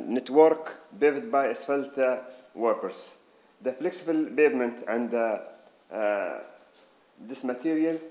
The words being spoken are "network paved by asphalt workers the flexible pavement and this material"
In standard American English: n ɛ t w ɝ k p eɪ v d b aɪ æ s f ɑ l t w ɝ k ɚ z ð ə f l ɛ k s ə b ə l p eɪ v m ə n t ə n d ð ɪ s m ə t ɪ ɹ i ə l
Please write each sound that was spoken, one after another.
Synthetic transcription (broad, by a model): n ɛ t w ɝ k b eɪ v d b aɪ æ s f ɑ l t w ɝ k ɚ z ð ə f l ɛ k s ə b ə l b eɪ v m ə n t ə n d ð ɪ s m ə t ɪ ɹ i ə l